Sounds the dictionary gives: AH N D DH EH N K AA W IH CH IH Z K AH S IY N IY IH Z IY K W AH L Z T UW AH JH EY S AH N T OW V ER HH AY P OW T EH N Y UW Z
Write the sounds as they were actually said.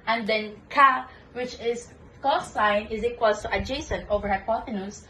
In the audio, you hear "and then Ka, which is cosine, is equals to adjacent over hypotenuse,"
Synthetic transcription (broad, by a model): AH N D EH N K AA W IH CH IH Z K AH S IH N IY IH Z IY K W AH L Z T UW AH JH EY S AH N T OW V ER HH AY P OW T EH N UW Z